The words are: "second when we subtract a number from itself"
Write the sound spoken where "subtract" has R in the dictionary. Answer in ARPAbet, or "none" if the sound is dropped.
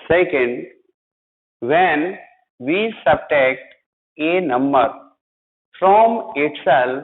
none